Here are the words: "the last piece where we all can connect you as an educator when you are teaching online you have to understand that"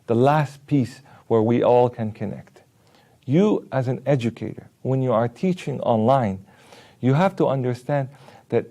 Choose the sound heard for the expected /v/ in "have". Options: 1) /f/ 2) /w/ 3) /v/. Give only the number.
1